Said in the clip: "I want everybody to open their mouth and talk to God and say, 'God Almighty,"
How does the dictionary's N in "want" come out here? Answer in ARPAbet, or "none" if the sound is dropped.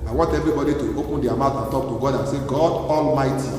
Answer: N